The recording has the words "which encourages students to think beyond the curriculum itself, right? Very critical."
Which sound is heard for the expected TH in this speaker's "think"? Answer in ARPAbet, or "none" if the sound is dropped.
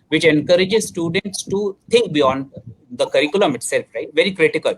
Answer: T